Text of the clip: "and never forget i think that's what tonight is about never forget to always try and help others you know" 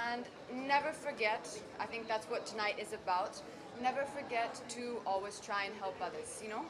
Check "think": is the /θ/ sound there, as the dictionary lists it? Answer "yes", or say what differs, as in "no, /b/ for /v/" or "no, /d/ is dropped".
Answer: yes